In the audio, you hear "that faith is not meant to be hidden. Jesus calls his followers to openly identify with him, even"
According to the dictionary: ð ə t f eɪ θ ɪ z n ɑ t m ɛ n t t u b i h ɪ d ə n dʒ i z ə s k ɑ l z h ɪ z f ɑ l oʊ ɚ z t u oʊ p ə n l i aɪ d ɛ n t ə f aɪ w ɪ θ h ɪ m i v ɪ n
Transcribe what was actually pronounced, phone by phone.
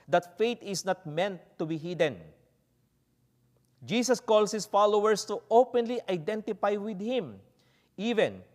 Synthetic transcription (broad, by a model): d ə t f eɪ t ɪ s n ɑ t m ɛ n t t u b i h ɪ d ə n dʒ i s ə s k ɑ l s h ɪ s f ɑ l oʊ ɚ s t u oʊ p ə n l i aɪ d ɛ n t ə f aɪ w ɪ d h ɪ m i v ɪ n